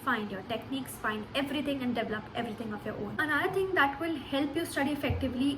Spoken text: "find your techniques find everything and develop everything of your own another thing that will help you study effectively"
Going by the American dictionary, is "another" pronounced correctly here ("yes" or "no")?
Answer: no